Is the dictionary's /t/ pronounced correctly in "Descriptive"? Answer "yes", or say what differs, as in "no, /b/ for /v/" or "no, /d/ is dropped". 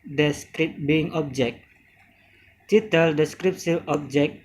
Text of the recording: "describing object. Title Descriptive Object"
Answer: no, /s/ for /t/